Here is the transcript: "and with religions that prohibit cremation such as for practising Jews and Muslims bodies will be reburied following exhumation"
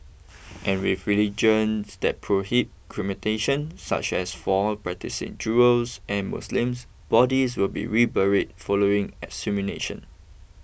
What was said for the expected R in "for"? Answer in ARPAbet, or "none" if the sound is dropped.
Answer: L